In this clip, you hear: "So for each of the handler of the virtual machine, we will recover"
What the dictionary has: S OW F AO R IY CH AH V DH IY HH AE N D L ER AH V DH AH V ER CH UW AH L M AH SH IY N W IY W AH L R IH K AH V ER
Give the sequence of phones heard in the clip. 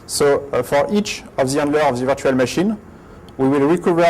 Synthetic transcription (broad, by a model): S OW F AO R IY CH AH V DH IY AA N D L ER AH V DH AH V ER CH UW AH L M AH SH IY N W IY W AH L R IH K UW V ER